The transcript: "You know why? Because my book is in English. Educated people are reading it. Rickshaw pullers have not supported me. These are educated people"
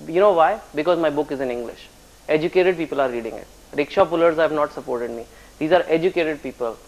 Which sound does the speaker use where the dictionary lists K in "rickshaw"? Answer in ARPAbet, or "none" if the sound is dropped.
K